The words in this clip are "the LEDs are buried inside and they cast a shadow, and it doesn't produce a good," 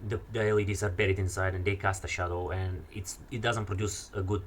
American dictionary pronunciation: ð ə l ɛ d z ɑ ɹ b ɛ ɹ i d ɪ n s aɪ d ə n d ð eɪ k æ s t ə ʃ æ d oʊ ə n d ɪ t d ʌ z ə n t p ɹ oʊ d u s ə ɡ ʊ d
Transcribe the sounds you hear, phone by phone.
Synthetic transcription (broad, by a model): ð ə l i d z ɑ ɹ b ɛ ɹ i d ɪ n s aɪ d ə n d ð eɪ k æ s t ə ʃ æ d oʊ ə n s ɪ t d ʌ z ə n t p ɹ oʊ d u s ə ɡ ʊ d